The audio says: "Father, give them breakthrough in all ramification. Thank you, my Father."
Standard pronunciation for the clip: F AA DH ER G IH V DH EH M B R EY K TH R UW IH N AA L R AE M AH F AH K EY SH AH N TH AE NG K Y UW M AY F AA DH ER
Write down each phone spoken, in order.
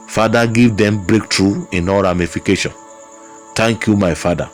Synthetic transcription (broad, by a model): F AA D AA G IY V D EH M B R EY K T R UW IH N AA R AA M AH F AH K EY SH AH N T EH NG K Y UW M AY F AA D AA